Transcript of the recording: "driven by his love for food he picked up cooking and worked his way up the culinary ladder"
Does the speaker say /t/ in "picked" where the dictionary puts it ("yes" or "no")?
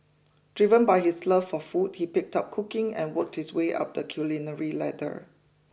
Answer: yes